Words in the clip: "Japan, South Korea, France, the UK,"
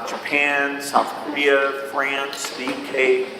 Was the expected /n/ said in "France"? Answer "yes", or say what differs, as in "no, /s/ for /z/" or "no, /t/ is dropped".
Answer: yes